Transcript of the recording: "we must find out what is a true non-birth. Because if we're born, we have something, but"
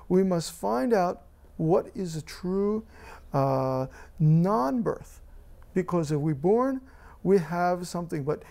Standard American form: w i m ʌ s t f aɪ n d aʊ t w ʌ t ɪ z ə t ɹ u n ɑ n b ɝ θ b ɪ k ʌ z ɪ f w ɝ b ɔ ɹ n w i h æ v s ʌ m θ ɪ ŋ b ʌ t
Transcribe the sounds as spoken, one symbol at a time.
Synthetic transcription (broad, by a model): w i m ʌ s t f aɪ n d aʊ t w ʌ t ɪ z ə t ɹ u n ɑ n b ɝ θ b ɪ k ʌ z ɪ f w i b ɔ ɹ n w i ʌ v s ʌ m θ ɪ ŋ b ʌ t